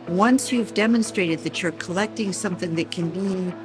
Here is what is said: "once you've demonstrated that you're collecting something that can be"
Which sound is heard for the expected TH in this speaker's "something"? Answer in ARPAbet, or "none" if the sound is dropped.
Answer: TH